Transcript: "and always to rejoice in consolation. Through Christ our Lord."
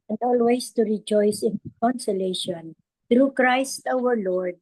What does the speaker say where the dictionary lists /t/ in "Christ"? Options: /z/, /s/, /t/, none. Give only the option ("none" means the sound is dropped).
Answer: /t/